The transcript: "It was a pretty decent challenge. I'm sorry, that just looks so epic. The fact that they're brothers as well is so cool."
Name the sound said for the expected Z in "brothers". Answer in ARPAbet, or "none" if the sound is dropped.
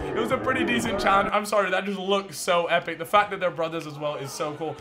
Z